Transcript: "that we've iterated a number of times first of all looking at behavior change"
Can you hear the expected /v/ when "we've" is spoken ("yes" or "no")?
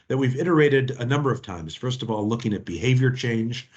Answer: yes